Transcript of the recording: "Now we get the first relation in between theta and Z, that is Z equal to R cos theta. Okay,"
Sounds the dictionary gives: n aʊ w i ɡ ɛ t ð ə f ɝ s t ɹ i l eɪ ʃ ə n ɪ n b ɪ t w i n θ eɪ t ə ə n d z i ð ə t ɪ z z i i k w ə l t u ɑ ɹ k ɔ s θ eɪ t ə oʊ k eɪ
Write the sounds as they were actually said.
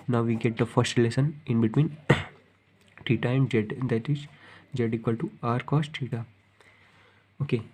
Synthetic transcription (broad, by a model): n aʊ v i ɡ ɛ t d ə f ɝ s t l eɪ s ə n ɪ n b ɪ t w i n t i t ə ə n d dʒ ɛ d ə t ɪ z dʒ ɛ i k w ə l t u ɑ ɹ k ɔ s t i t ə oʊ k eɪ